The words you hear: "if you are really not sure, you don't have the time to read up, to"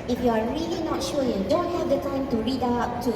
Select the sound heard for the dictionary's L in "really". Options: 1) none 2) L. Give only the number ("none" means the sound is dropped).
2